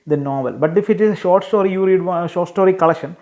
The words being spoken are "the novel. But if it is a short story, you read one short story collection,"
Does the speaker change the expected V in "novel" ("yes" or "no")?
no